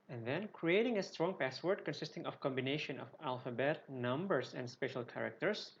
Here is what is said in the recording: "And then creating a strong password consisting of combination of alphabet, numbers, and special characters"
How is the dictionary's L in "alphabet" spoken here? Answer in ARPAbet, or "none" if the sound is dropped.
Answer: L